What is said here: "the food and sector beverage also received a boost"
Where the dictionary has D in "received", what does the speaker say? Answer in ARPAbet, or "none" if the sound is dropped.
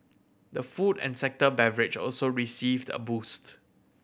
D